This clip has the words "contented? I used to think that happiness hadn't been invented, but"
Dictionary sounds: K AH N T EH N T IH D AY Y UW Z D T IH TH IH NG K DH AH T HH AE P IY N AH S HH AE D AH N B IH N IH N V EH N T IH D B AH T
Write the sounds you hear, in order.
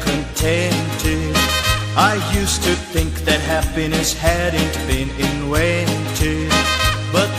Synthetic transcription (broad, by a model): K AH N T EH N T IH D AY Y UW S T IH TH IH NG K DH AH T HH AE P IY N AH S HH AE D N B IH N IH N W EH N T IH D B AH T